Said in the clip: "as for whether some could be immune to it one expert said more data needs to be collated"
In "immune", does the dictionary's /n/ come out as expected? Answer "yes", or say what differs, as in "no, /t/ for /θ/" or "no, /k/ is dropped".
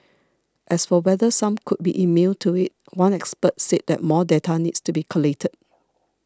no, /l/ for /n/